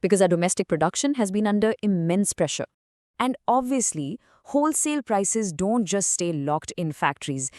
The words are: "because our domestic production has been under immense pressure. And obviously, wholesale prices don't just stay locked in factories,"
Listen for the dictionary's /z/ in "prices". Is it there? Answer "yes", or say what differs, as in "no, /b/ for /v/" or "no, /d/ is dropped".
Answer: yes